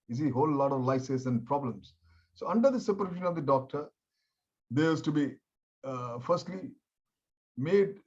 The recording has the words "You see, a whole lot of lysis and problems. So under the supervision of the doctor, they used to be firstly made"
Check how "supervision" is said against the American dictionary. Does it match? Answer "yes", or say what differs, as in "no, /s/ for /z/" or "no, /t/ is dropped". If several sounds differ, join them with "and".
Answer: no, /v/ is dropped